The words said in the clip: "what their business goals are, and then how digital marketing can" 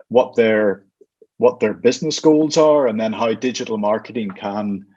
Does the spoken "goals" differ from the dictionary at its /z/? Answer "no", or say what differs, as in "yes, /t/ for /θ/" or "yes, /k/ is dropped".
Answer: no